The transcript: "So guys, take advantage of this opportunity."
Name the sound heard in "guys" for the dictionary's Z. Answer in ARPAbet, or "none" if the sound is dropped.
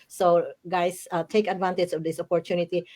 S